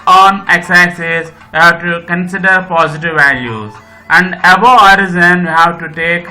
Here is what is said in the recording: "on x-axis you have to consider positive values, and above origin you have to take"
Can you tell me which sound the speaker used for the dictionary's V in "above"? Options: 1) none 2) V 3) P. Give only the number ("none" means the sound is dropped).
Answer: 1